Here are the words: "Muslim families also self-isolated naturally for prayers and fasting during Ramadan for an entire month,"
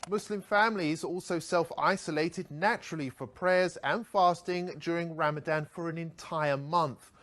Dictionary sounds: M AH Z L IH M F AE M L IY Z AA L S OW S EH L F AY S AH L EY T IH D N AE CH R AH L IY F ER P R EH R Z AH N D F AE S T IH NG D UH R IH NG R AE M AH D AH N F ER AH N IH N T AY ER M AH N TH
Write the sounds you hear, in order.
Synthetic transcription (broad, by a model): M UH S L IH M F AE M L IY Z AA L S OW S EH L F AY S AH L EY T IH D N AE CH R AH L IY F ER P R EH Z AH N F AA S T IH NG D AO R IH NG R AE M AH D AH N F ER AH N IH N T AY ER M AH N TH